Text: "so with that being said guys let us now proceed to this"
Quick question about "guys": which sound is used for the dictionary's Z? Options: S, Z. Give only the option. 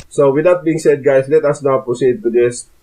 S